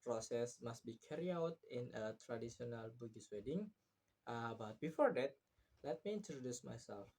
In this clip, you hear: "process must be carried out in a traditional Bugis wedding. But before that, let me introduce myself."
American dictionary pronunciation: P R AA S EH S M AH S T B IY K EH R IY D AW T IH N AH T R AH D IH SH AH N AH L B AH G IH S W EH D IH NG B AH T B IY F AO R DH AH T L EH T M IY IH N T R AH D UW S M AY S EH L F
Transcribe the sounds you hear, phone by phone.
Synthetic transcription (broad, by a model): P R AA S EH S M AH S T B IY K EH R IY AW T IH N AH T R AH D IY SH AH N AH L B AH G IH S W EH D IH NG B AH T B IY F AO R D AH T L EH T M IY IH N T R AH D UW S M AY S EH L F